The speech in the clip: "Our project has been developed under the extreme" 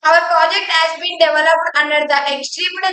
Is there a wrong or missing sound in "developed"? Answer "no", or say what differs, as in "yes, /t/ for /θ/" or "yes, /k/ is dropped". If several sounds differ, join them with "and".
no